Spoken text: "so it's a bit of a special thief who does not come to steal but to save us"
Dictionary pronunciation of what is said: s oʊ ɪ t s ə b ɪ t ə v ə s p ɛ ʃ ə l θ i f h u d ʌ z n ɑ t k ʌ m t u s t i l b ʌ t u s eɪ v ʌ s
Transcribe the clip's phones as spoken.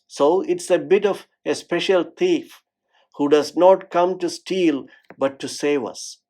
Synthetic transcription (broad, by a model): s oʊ ɪ t s ə b ɪ t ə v ə s p ɛ ʃ ə l t i f h u d ʌ z n ɑ t k ʌ m t u s t i l b ʌ t u s eɪ v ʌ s